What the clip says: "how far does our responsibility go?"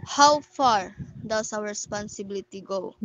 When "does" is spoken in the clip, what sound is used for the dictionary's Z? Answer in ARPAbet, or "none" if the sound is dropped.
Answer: S